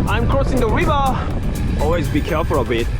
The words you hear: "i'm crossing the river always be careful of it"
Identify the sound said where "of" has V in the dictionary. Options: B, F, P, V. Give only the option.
B